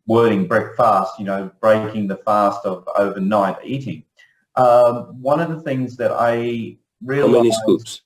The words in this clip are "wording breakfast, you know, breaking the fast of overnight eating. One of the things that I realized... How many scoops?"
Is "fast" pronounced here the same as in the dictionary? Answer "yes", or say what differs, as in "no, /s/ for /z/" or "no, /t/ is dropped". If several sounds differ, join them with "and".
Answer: yes